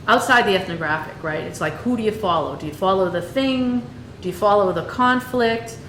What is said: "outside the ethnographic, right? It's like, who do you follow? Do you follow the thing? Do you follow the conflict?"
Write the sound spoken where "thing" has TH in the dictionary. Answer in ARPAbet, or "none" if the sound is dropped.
TH